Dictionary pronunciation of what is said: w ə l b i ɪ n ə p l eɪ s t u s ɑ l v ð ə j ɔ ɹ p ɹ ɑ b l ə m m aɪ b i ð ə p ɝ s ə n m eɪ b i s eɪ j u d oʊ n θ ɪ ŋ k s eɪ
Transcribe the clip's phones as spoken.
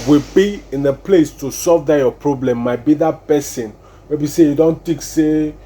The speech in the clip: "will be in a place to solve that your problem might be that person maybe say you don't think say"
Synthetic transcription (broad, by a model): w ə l b i ɪ n ə p l eɪ s t u s ɑ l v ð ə j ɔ p ɹ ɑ b l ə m m aɪ b i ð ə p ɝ s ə n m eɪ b i s eɪ j u d oʊ n t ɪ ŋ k s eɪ